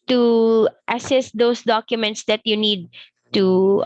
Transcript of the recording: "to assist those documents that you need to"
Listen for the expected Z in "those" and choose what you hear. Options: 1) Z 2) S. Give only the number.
2